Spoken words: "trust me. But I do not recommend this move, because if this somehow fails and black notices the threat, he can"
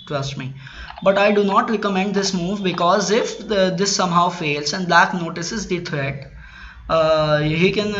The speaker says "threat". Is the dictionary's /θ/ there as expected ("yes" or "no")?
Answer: no